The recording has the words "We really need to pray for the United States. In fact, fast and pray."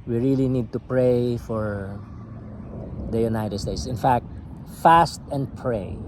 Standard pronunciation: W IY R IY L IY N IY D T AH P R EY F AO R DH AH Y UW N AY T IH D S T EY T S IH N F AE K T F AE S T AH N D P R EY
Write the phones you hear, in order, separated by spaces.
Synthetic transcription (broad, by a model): W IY R IY L IY N IY D T AH P R EY F AO R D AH Y UW N AY T IH D S T EY T S IH N F AE K T F AE S T AH N D P R EY